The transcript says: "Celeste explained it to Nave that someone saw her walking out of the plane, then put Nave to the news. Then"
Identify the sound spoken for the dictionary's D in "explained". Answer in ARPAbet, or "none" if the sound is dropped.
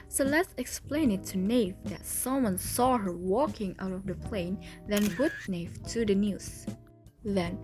none